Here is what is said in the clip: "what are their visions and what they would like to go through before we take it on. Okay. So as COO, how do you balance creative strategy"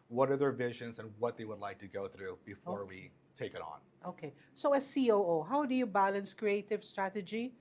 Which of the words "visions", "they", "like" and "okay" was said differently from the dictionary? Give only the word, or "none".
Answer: none